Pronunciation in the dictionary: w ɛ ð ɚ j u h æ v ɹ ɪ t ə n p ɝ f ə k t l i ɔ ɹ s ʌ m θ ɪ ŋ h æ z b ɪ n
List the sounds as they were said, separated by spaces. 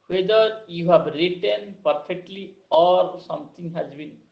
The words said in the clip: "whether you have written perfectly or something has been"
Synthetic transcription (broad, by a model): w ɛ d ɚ j u h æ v ɹ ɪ t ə n p ɝ f ə k t l i ɔ ɹ s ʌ m t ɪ ŋ h æ z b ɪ n